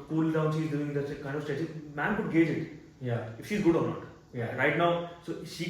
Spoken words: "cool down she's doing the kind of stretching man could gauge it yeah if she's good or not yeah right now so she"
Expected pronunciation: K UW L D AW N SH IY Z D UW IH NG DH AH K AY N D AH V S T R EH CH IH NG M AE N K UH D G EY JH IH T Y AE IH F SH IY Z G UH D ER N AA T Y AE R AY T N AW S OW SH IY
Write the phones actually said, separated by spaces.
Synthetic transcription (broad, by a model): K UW L D AW N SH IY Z D UW IH NG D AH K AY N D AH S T EH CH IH M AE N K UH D G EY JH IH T Y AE IH F SH IY Z G UH D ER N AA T Y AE R AY T N AW S OW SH IY